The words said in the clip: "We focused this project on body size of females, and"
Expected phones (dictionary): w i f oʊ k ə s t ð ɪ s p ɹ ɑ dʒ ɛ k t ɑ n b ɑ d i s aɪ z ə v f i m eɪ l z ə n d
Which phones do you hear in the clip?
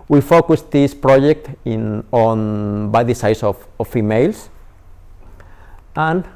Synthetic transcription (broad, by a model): w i f oʊ k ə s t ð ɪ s p ɹ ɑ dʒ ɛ k t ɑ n b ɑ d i s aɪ s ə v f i m eɪ l s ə n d